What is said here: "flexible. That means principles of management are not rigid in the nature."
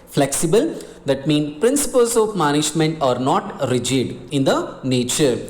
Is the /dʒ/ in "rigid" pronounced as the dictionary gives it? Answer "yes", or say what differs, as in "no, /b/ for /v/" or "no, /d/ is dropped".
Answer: yes